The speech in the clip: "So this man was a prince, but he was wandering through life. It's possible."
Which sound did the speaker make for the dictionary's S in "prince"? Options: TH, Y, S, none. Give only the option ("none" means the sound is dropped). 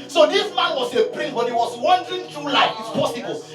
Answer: none